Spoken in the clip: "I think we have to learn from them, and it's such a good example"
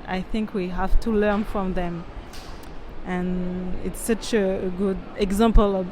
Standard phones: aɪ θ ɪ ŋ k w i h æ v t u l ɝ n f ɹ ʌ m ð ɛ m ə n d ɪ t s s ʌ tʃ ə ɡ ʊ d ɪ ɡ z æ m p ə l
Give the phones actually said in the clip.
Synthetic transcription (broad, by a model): aɪ θ ɪ ŋ k w i h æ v t u l ɝ n f ɹ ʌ m ð ɛ m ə n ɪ t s s ʌ tʃ ə ɡ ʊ d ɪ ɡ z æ m p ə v